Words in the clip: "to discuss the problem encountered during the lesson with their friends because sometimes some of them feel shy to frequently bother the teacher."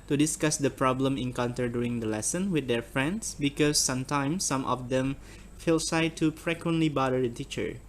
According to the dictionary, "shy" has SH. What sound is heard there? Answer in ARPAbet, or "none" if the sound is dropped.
S